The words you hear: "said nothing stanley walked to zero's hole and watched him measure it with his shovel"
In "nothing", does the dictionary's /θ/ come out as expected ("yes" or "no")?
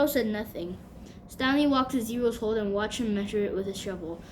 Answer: yes